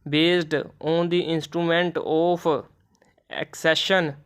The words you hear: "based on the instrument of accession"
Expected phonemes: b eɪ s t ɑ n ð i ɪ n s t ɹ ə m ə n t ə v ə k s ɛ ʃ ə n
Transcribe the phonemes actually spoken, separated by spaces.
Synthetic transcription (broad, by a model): b eɪ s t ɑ n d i ɪ n s t ɹ ə m ə n t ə p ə k s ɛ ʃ ə n